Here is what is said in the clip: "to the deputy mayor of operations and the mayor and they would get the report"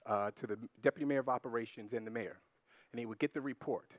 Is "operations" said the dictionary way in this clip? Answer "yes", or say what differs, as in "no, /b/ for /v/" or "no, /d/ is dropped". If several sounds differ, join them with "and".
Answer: yes